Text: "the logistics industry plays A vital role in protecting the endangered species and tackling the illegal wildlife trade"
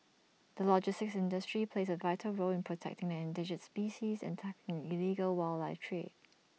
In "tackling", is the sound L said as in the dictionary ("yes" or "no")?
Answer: no